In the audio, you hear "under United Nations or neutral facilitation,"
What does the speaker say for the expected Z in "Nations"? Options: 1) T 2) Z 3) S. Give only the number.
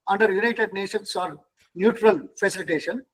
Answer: 3